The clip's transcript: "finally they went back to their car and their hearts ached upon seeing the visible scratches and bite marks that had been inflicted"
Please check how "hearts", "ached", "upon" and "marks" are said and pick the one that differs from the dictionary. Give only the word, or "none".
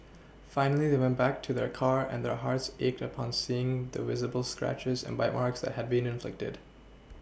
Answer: none